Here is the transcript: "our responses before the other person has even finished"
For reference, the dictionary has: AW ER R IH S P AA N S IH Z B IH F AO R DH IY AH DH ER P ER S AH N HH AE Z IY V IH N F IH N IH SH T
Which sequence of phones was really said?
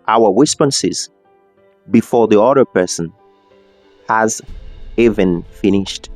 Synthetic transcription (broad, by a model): AW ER W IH S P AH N S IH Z B IH F AO R DH IY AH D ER P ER S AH N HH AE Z IY V IH N F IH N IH SH T